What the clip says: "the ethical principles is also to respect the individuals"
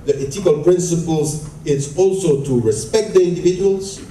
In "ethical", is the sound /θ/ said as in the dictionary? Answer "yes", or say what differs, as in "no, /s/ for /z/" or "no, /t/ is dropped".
no, /t/ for /θ/